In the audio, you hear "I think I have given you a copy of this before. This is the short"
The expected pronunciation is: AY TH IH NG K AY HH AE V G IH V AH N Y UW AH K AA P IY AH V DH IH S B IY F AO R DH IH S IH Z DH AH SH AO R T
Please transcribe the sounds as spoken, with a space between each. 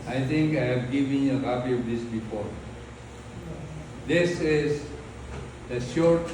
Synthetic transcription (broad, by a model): AY T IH NG K AY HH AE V G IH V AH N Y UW AH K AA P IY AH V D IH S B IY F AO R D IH S IH Z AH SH AO R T